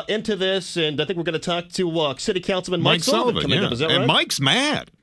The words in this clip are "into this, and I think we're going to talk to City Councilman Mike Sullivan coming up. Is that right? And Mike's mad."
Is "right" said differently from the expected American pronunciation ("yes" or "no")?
yes